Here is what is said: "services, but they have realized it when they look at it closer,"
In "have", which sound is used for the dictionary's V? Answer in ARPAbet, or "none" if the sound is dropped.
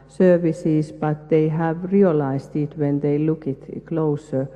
V